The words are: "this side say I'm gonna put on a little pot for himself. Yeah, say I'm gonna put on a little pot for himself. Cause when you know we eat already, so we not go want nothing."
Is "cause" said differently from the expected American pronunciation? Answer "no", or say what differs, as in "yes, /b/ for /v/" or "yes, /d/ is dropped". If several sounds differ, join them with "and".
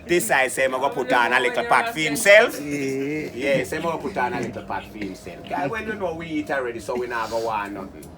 yes, /z/ is dropped